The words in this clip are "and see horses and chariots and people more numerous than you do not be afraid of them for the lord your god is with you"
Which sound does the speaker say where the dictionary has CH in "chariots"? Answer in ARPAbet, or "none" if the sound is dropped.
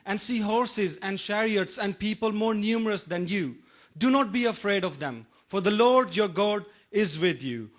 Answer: SH